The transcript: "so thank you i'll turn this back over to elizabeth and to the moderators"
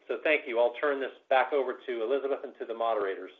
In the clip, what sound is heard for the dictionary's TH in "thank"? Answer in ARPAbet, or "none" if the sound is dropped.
TH